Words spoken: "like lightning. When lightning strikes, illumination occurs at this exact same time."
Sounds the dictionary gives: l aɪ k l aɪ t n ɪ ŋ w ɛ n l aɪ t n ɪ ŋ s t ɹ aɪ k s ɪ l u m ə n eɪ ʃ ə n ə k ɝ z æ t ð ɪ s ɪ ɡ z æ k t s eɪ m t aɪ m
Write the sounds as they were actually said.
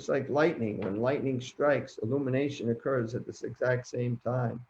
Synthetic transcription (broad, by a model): l aɪ k l aɪ t n ɪ ŋ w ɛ n l aɪ t n ɪ ŋ s t ɹ aɪ k s ɪ l u m ə n eɪ ʃ ə n ə k ɝ z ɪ t ð ɪ s ɪ ɡ z æ k t s eɪ m t aɪ m